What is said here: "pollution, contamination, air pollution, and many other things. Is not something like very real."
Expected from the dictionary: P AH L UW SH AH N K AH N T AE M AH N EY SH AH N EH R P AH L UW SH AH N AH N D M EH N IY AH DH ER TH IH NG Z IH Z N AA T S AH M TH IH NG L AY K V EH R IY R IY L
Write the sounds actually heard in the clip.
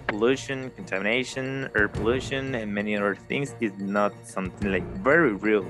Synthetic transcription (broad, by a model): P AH L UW SH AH N K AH N T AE M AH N EY SH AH N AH R P AH L UW SH AH N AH N M EH N IY AH DH ER TH IH NG Z IH Z N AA T S AH M TH IH NG L AY K V EH R IY R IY L